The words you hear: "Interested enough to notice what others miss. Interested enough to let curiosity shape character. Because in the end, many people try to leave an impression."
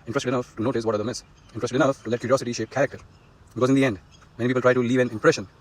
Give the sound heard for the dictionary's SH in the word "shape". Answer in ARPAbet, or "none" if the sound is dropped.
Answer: SH